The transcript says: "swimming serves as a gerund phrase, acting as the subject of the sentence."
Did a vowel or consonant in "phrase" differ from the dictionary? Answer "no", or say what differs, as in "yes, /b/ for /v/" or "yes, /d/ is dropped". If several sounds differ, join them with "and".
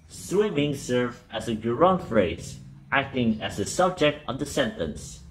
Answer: no